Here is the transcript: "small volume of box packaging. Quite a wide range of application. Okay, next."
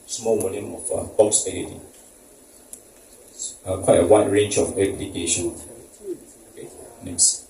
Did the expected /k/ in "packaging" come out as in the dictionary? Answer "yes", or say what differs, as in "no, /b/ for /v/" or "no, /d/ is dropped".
no, /k/ is dropped